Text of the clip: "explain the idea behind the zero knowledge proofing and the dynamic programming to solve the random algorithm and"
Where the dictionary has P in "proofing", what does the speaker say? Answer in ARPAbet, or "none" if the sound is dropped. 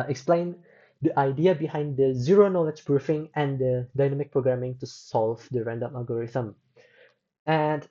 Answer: B